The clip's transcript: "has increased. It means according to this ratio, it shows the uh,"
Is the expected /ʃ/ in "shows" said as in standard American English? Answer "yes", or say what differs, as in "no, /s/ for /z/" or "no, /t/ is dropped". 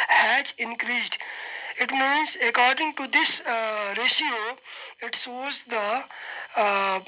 no, /s/ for /ʃ/